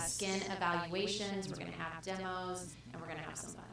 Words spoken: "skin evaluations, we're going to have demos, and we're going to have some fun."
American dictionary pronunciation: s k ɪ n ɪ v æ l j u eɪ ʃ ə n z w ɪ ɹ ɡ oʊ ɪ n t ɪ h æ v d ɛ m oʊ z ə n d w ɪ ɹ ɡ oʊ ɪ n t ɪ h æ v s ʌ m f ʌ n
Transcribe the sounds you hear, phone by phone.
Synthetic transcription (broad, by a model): s k ɪ n ɪ v æ l j u eɪ ʃ ə n z w ɪ ɹ ɡ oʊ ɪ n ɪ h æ v d ɛ m oʊ z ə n w ɪ ɹ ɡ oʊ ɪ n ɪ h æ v s ʌ m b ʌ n